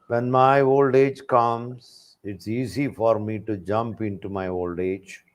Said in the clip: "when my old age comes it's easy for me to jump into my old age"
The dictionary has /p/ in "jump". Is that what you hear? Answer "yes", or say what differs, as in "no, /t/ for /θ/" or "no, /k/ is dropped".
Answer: yes